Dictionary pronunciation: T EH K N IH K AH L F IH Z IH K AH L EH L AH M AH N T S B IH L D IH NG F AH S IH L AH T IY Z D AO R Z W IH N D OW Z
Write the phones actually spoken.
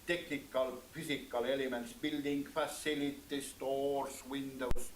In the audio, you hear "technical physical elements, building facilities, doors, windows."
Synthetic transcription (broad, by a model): T EH K N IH K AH L F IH S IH K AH L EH L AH M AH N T S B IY L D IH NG F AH S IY L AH T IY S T AO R S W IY N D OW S